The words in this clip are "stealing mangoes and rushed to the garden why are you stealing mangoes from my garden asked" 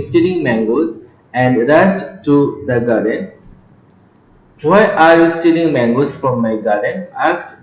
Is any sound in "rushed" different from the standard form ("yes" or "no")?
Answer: yes